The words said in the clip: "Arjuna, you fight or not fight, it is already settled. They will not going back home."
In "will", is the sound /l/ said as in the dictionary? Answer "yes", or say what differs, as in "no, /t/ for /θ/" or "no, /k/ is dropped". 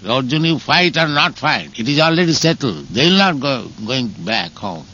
yes